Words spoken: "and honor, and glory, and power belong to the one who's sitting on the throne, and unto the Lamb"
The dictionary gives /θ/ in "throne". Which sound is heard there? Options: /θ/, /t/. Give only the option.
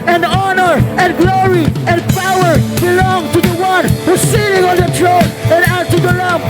/t/